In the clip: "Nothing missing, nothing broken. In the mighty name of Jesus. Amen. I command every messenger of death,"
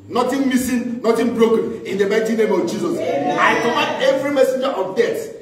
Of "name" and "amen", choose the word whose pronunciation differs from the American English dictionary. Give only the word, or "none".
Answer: amen